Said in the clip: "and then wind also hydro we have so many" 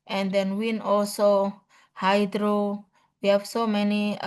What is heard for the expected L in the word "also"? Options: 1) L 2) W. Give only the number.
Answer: 1